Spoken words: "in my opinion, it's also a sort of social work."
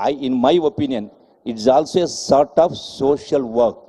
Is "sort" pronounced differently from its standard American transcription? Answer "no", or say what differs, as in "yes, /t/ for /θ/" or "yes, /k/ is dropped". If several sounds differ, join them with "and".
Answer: no